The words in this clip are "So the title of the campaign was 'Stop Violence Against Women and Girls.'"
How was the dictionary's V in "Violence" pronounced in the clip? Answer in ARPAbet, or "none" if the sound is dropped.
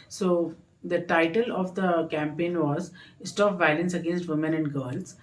V